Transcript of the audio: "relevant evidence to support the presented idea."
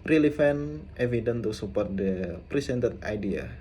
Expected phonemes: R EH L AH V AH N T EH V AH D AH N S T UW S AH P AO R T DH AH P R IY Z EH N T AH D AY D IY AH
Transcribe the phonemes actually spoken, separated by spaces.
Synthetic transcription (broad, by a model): R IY L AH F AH N T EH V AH D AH N T UW S AH P AO R T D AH P R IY S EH N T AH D AY D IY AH